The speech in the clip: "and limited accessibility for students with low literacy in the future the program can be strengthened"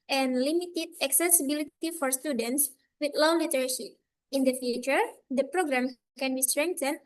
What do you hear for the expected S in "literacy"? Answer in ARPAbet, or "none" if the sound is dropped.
SH